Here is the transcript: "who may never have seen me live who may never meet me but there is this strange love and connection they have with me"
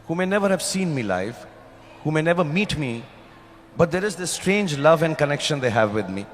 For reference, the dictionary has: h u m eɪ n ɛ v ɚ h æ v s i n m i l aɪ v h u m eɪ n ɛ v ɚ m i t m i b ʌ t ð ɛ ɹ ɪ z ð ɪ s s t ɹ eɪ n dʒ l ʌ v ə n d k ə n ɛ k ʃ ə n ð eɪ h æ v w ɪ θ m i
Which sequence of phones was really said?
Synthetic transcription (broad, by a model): h u m eɪ n ɛ v ɚ h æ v s i n m i l aɪ f h u m eɪ n ɛ v ɚ m i t m i b ʌ t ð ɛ ɹ ɪ z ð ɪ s s t ɹ eɪ n dʒ l ʌ v ə n d k ə n ɛ k ʃ ə n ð eɪ h æ v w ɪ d m i